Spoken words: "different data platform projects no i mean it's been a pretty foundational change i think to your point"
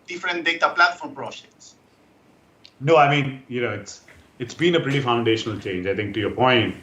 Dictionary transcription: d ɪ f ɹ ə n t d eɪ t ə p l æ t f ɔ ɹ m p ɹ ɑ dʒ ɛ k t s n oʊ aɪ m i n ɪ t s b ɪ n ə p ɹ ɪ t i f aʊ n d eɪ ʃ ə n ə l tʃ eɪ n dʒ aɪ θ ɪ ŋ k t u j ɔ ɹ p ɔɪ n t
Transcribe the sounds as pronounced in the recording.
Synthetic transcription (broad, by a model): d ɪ f ɹ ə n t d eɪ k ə p l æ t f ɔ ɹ m p ɹ ɑ dʒ ɛ k t s n oʊ aɪ m i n ɪ t s b ɪ n ə p ɹ ɪ t i f aʊ n d eɪ ʃ ə n ə l tʃ eɪ n dʒ aɪ t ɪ ŋ k t u j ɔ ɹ p ɔɪ n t